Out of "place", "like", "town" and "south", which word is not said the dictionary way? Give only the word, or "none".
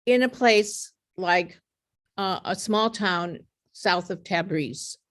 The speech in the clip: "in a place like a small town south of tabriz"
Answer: none